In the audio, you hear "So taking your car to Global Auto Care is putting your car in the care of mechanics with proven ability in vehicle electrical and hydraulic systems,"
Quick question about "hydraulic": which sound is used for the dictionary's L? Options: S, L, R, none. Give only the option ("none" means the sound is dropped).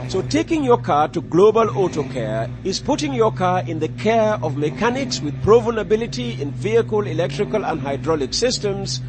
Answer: L